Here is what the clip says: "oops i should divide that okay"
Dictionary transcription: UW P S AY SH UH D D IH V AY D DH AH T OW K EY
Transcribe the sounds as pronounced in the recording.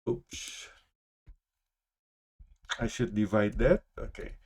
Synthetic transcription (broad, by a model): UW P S AY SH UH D D IH V AY D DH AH T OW K EY